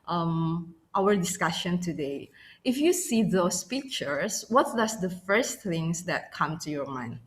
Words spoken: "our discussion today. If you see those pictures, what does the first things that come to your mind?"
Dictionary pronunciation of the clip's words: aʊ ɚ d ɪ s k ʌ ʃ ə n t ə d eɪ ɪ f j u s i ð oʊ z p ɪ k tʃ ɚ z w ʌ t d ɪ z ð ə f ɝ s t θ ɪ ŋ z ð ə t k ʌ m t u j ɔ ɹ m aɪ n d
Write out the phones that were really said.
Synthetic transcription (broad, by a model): aʊ ɚ d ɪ s k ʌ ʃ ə n t ə d eɪ ɪ f j u s i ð oʊ s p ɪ k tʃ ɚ s w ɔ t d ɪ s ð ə f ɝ s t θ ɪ ŋ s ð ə t k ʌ m t u j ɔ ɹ m aɪ n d